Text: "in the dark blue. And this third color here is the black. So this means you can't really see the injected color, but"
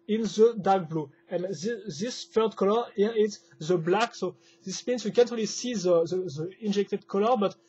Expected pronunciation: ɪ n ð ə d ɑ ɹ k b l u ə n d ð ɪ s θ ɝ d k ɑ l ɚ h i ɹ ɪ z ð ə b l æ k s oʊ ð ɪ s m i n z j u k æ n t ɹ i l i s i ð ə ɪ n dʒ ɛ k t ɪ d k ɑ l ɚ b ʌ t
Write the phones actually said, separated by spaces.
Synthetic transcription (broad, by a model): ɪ n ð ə d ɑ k b l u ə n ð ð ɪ s f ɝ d k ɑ l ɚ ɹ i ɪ s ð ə b l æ k s oʊ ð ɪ s m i n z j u k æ n t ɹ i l i s i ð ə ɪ n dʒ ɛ k t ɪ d k ɑ l ɚ b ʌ t